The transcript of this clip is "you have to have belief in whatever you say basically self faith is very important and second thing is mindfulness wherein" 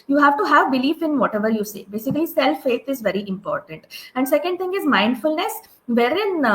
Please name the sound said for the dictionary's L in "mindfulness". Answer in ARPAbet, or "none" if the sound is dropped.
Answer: L